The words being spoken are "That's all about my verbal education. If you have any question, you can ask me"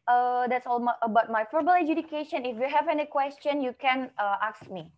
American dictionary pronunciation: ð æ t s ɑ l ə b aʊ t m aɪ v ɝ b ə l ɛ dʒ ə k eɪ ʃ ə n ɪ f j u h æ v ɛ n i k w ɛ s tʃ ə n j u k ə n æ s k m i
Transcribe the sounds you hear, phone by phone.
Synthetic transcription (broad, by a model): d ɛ t s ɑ l ə b aʊ t m aɪ f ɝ b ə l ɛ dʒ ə k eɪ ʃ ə n ɪ f j u h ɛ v ɛ n i k w ɛ s tʃ ə n j u k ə n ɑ s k m i